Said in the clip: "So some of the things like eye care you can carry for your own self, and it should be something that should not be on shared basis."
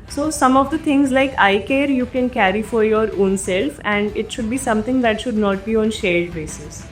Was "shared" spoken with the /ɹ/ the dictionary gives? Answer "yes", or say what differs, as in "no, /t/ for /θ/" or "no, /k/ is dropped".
no, /l/ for /ɹ/